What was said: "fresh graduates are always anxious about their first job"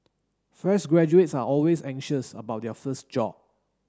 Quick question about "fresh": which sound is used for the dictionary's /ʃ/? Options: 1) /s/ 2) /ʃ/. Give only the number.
1